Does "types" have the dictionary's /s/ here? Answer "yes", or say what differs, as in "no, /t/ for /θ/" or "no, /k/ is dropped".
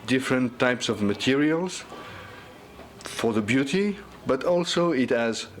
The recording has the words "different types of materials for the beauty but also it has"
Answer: yes